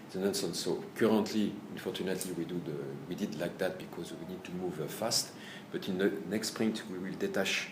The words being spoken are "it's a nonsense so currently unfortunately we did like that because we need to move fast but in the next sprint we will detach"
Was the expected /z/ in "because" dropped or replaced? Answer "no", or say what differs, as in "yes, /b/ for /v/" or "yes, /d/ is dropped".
no